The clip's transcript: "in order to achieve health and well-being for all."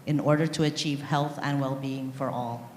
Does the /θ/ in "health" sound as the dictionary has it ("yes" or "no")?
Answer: yes